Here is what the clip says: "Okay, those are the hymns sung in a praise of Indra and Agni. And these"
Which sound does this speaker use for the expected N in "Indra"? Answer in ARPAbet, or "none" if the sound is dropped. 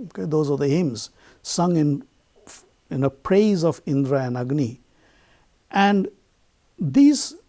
N